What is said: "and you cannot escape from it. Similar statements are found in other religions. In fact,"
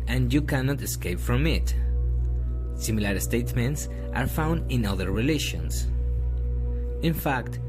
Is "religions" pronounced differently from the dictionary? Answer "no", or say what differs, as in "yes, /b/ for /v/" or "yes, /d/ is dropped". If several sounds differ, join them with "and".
yes, /ʃ/ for /dʒ/ and /s/ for /z/